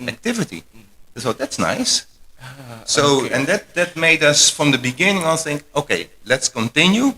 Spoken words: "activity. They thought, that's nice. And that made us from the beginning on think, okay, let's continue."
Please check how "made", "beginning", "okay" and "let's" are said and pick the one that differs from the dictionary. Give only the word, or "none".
none